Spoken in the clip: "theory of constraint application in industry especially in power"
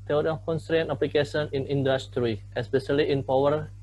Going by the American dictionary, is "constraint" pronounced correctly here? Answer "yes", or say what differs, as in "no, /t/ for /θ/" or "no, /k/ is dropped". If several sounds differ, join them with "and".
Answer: yes